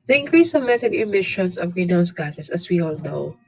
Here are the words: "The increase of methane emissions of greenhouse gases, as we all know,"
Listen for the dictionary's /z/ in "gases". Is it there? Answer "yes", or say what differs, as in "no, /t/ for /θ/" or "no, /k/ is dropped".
no, /s/ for /z/